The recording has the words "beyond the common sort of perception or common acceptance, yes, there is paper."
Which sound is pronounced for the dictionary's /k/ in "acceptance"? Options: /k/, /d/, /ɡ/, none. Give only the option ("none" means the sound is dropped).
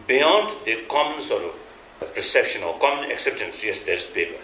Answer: /k/